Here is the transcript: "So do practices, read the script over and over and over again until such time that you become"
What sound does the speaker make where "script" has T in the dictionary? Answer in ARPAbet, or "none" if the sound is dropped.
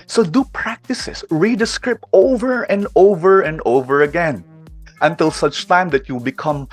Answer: T